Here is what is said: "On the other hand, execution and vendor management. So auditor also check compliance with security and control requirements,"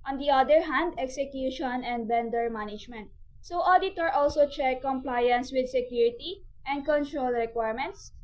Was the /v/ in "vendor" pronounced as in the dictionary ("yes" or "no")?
no